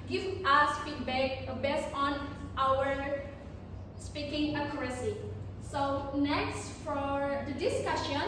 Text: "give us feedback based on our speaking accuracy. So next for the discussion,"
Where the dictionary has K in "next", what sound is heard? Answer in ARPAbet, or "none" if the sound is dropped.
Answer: K